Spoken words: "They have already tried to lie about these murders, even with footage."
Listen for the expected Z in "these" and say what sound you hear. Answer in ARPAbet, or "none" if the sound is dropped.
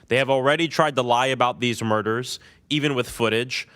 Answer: Z